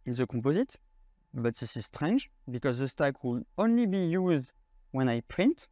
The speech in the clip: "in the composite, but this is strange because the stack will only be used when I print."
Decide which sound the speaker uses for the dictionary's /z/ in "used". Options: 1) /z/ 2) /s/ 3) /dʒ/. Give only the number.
1